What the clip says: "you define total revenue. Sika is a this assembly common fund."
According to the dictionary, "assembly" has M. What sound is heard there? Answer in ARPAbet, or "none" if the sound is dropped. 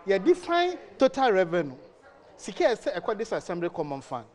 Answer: M